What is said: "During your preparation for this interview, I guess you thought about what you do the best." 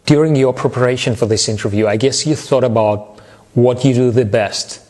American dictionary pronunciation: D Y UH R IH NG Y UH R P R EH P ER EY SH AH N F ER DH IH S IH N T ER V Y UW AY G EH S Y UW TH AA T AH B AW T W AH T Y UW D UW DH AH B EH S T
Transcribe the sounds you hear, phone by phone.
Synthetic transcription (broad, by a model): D Y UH R IH NG Y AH R P R EH P ER EY SH AH N F ER DH IH S IH N T ER V Y UW AY G EH S Y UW TH AA T AH B AW T W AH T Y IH D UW DH AH B EH S T